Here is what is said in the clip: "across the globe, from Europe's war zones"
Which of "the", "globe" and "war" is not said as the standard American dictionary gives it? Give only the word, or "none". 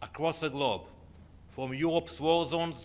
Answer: war